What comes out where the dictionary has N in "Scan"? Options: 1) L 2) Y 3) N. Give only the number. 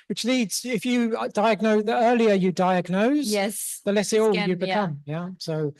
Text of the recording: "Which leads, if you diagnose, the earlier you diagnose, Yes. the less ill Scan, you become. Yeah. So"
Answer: 1